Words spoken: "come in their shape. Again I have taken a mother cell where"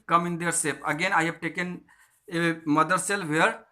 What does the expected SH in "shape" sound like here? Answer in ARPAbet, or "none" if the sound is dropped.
S